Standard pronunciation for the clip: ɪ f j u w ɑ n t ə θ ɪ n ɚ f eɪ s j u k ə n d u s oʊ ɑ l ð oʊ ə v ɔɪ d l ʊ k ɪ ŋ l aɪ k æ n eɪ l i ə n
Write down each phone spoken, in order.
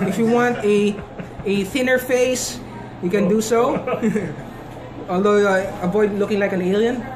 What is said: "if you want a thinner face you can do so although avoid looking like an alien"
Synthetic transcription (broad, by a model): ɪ f j u w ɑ n t ə θ ɪ n ɚ f eɪ s j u k ə n d u s oʊ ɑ l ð oʊ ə b ɔɪ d l ʊ k ɪ ŋ l aɪ k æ n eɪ l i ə n